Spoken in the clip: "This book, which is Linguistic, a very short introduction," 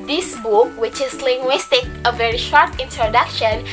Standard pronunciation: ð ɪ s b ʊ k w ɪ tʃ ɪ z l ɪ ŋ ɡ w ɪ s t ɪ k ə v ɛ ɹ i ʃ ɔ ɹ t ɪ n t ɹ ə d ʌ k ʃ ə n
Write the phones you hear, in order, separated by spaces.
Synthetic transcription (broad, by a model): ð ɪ s b ʊ k w ɪ tʃ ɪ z l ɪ ŋ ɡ w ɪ s t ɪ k ə v ɛ ɹ i ʃ ɔ ɹ t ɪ n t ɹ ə d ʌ k ʃ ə n